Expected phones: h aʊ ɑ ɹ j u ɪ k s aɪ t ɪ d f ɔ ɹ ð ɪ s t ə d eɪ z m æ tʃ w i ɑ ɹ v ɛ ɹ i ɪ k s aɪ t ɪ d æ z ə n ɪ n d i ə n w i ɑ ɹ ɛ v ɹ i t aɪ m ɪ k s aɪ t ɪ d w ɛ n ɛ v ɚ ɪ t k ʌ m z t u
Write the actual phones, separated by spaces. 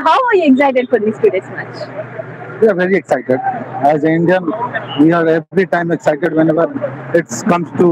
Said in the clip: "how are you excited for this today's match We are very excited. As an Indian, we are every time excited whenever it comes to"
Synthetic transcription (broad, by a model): h aʊ ɑ ɹ j u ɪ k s aɪ t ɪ d f ɔ ɹ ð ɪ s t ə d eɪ s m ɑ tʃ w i ɑ ɹ v ɛ ɹ i ɪ k s aɪ t ɪ d æ z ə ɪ n d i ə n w i ɑ ɹ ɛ ɹ i t aɪ m ɪ k s aɪ t ɪ d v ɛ n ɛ v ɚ ɪ t k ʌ m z t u